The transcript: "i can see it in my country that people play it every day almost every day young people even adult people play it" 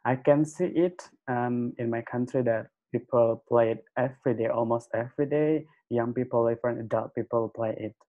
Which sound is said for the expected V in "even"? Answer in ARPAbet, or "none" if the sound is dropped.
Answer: F